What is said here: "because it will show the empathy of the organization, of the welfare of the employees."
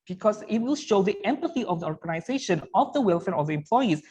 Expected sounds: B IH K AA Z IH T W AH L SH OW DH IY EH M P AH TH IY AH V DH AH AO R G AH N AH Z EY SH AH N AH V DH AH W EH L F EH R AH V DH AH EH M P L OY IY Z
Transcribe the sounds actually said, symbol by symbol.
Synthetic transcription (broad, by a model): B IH K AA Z IH T W AH L SH OW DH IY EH M P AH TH IY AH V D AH AO R G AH N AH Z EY SH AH N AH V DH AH W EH L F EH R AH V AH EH M P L OY IY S